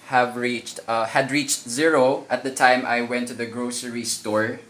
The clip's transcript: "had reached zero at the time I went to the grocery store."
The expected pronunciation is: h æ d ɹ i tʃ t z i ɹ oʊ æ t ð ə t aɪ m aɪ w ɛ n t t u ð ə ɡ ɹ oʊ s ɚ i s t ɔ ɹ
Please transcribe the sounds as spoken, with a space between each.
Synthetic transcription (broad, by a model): h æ d ɹ i tʃ t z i ɹ oʊ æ t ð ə t aɪ m aɪ w ɛ n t t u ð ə ɡ ɹ oʊ s ɚ i s t ɔ ɹ